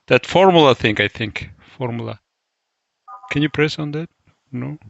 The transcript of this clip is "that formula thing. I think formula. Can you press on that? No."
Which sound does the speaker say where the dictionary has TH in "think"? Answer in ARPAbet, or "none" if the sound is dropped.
TH